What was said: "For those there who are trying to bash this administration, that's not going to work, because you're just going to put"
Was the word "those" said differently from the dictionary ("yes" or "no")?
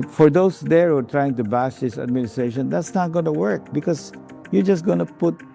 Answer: yes